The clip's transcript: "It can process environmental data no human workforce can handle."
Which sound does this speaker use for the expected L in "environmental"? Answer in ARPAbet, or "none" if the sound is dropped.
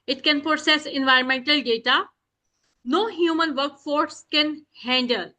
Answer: L